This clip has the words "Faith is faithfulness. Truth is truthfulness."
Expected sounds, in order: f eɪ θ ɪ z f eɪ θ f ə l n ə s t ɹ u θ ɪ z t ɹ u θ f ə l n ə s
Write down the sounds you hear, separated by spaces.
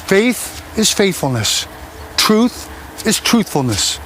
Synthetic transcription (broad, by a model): f eɪ θ ɪ z f eɪ θ f ə l n ə s t ɹ u θ ɪ z t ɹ u θ f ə l n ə s